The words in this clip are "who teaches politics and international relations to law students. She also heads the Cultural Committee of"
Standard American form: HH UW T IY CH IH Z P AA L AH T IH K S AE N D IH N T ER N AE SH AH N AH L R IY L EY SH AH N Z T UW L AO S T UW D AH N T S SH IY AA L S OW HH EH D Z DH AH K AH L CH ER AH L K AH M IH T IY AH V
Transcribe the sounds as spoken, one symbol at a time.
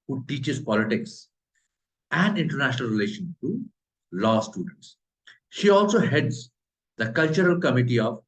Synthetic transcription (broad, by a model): HH UW T IY CH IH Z P AA L AH T IH K S AE N D IH N T ER N AE SH AH N AH L R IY L EY SH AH N T UW L AO S T UW D AH N T S SH IY AA L S OW HH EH D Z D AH K AH L CH ER AH L K AH M IH T IY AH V